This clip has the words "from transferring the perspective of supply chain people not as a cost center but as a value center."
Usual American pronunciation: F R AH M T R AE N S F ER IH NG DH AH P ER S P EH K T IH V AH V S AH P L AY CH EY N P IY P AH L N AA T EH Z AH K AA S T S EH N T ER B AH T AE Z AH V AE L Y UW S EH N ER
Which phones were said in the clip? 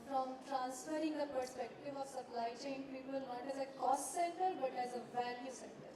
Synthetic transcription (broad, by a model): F R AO M T R AE N S F ER IH NG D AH P ER S P EH K T IH V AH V S AH P L AY CH EY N P IY P AH L N AA T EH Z AH K AA S T S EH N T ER B AH T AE Z AH V AE L Y UW S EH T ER